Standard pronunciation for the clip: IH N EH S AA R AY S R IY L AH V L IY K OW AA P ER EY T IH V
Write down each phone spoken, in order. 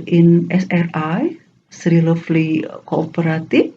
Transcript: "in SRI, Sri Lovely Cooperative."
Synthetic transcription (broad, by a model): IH N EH S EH R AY S R IY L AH F L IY K OW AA P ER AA T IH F